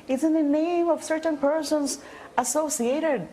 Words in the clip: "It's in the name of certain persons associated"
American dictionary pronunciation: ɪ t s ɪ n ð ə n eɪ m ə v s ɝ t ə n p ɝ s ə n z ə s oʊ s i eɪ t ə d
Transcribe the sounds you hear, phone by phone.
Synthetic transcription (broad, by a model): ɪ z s ɪ n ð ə n eɪ m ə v s ɝ t ə n p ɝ s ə n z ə s oʊ s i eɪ t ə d